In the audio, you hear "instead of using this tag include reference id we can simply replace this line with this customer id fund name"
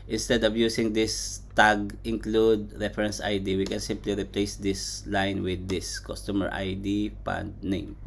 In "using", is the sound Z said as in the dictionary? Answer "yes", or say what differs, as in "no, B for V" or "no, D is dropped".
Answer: no, S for Z